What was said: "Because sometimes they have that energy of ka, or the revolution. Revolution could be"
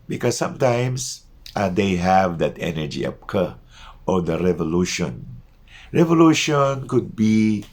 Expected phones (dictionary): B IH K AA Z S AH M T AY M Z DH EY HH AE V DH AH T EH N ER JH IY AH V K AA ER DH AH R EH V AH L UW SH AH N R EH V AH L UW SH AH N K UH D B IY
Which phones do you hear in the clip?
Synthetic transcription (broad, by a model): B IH K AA S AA M T AY M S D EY HH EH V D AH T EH N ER JH IY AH P K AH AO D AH R EH V AH L UW SH AH N R EH V AH L UW SH AH N K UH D B IY